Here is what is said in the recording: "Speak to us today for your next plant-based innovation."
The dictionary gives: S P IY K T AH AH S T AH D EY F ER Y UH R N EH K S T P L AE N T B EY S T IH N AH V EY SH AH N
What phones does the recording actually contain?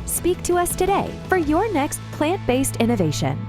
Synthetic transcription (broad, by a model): S P IY K T AH AH S T AH D EY F ER Y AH R N EH K S T P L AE N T B EY S T IH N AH V EY SH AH N